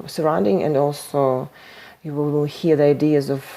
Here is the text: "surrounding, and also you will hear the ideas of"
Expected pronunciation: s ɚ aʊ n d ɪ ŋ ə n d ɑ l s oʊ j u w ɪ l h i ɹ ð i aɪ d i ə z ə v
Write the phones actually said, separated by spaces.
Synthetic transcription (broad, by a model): s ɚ aʊ n d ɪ ŋ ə n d ɑ l s oʊ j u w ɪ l h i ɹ ð i aɪ d i ə z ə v